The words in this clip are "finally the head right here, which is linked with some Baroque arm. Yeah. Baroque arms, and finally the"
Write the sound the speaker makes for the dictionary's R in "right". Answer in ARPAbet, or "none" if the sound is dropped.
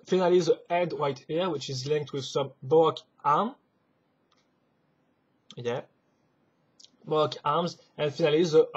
W